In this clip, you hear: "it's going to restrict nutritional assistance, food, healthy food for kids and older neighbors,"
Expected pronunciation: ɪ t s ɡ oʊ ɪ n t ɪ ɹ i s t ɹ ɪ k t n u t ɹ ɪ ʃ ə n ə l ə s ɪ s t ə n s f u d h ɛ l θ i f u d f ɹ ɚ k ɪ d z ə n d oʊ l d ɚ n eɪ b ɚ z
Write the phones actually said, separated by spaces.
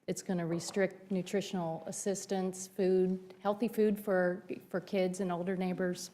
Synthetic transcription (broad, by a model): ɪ t s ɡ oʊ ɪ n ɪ ɹ i s t ɹ ɪ k t n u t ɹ ɪ ʃ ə n l ə s ɪ s t ə n s f u d h ɛ l θ i f u d f ɹ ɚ k ɪ d z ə n oʊ l d ɚ n eɪ b ɚ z